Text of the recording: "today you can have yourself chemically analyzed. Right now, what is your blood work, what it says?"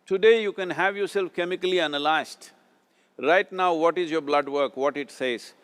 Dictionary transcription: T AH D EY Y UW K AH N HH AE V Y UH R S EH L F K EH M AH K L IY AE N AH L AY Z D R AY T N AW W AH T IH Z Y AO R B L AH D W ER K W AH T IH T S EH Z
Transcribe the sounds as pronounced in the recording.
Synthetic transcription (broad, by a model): T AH D EY Y UW K AH N HH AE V Y UH R S EH L F K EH M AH K L IY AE N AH L AY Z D R AY T N AW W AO T IH Z Y AO R B L AH D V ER K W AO T IH T S EH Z